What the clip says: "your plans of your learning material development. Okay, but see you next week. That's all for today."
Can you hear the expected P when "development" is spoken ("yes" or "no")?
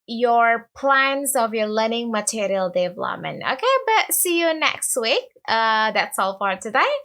no